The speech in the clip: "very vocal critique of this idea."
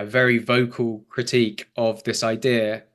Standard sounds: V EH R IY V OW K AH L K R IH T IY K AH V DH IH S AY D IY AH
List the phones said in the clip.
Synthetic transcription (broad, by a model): V EH R IY V OW K AH L K R IH T IY K AH V DH IH S AY D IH AH